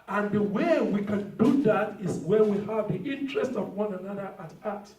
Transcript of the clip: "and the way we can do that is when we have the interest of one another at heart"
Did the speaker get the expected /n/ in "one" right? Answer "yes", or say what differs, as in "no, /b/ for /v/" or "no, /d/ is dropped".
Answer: yes